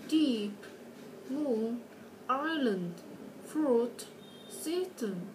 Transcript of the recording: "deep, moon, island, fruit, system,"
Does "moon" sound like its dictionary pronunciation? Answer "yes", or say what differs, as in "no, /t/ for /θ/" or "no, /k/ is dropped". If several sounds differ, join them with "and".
no, /n/ is dropped